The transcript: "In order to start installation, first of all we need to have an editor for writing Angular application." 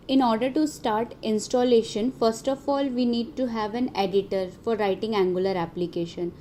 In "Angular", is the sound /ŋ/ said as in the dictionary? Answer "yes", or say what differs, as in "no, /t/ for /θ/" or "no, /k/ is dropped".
yes